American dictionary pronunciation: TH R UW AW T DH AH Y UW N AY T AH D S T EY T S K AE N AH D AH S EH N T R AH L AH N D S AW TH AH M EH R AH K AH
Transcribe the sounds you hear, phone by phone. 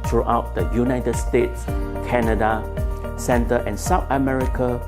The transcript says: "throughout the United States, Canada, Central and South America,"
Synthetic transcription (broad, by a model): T R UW AW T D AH Y UW N AY T AH D S T EY T S K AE N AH D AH S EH N T AH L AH N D S AW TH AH M EH R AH K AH